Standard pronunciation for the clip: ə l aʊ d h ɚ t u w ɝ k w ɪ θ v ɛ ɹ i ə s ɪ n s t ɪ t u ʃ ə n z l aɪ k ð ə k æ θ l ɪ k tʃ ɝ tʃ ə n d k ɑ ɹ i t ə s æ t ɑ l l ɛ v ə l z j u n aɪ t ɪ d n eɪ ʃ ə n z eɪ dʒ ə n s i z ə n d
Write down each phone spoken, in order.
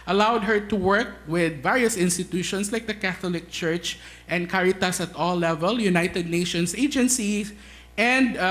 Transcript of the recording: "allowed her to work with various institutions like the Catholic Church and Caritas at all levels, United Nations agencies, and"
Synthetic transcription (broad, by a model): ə l aʊ d h ɚ t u w ɝ k w ɪ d v ɛ ɹ i ə s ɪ n s t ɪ t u ʃ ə n s l aɪ k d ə k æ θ l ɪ k tʃ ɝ tʃ ə n d k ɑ ɹ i t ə s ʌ t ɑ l l ɛ v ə l j u n aɪ t ɪ d n eɪ ʃ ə n s eɪ dʒ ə n s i s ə n d